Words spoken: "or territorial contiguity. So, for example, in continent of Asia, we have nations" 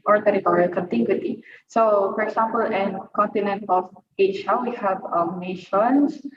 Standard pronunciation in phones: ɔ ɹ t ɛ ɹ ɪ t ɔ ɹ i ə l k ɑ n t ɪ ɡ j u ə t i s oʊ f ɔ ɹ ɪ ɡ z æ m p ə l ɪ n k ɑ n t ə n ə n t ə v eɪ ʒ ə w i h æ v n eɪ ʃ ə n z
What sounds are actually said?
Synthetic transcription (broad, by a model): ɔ ɹ t ɛ ɹ ɪ t ɔ ɹ i ə l k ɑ n t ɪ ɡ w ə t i s oʊ f ɔ ɹ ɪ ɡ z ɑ m p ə l ɪ n k ɑ n t ə n ə n t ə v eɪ ʃ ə w i h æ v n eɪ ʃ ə n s